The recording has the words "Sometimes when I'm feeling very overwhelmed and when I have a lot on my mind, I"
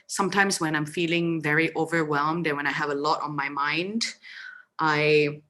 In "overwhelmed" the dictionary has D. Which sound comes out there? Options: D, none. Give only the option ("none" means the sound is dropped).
D